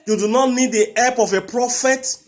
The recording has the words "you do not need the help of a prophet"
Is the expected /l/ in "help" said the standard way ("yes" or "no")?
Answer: no